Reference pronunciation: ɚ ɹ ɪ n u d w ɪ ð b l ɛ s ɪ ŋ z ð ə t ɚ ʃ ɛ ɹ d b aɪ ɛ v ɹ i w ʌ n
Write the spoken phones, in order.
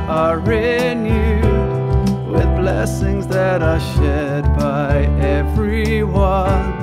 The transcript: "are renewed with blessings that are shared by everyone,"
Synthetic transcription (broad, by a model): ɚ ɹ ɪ n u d w ɪ ð b l ɛ s ɪ ŋ z ð ə t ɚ ʃ ɛ d b aɪ ɛ v ɹ i w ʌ n